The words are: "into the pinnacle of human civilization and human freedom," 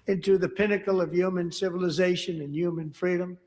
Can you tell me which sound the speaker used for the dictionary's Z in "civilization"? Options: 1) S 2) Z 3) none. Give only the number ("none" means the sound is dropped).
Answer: 2